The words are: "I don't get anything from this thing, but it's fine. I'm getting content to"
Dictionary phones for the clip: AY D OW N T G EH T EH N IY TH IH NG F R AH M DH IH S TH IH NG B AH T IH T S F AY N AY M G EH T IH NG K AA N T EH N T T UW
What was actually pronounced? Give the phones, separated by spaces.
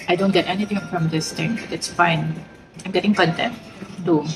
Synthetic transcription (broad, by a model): AY D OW N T G EH T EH N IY T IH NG F R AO M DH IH S T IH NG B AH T IH T S F AY N AY M G EH T IH NG K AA N T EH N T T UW